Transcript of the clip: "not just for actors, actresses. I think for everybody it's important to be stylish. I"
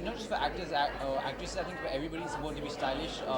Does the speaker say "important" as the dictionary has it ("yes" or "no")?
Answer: no